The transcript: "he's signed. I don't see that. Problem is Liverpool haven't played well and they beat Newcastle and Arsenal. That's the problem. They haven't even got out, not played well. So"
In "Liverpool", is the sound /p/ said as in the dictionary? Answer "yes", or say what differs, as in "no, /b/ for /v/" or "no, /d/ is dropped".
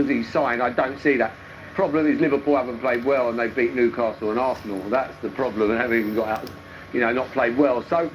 yes